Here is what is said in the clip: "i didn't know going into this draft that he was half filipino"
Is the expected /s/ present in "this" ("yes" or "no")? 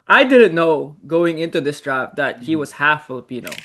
yes